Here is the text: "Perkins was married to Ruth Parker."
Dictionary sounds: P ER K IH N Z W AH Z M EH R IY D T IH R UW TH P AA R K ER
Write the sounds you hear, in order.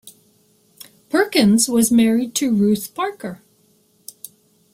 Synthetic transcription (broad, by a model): P ER K IH N Z W AH Z M EH R IY D T IH R UW TH P AA R K ER